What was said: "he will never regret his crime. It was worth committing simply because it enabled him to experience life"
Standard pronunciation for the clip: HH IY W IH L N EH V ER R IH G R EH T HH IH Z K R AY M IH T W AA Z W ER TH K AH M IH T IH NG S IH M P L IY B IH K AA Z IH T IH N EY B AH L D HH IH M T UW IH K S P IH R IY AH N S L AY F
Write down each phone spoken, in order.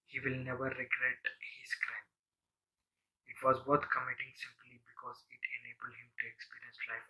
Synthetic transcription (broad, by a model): HH IY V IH L N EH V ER R IH G R EH T HH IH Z K R AY M IH T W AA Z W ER T K AH M IH T IH NG S IH M P L IY B IH K AA Z IH T IH N EY B AH L D HH IH M T UW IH K S P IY R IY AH N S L AY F